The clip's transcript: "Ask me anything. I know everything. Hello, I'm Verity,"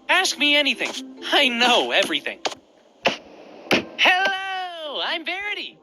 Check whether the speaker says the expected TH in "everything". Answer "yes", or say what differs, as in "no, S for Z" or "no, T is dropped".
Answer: yes